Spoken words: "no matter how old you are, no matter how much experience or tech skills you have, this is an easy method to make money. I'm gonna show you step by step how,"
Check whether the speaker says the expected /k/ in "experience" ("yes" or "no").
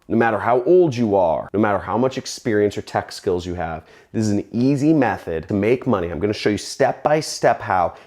yes